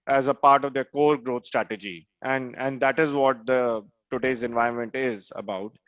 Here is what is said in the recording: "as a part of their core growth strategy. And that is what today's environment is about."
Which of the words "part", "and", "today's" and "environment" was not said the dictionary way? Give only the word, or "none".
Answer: environment